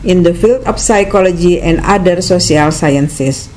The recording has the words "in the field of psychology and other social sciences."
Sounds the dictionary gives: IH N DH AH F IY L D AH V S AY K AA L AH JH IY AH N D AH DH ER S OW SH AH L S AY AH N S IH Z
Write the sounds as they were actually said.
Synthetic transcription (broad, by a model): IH N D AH F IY L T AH F S AY K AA L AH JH IY AH N D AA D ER S OW S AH L S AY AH N S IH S